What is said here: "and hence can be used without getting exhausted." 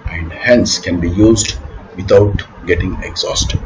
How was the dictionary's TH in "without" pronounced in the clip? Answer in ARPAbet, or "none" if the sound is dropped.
T